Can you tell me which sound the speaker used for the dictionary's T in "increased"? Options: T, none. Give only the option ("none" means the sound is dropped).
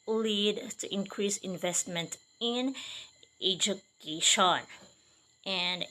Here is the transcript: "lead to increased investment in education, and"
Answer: none